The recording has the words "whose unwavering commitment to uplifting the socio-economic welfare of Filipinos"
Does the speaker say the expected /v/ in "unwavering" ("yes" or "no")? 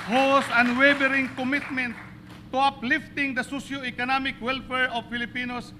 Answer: no